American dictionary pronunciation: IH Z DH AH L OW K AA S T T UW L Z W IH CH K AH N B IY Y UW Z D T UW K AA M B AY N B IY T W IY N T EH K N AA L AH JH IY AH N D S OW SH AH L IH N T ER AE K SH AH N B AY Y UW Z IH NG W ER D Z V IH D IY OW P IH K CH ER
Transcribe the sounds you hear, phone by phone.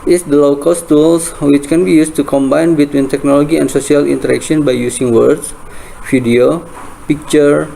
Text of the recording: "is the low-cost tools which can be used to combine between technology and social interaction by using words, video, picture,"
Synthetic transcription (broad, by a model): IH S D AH L OW K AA S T T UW L S W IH CH K AH N B IY Y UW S T UW K AA M B AY N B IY T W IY N T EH K N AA L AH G IY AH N S OW S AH L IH N T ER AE K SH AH N B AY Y UW S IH NG W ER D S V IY D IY OW P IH K CH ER